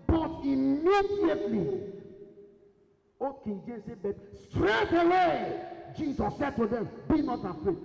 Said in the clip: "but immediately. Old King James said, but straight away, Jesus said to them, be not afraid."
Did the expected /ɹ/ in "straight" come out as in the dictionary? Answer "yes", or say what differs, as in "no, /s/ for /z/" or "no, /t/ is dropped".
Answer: yes